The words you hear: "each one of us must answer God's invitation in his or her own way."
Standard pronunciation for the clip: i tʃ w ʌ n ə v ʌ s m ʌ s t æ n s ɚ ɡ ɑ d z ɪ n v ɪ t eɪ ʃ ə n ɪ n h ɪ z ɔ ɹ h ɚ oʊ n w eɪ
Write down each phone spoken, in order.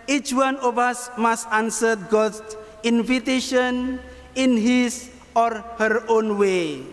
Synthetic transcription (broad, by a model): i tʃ w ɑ n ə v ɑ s m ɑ s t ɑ n s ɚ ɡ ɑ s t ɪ n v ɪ t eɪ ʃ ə n ɪ n h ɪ s ɔ ɹ h ɚ oʊ n w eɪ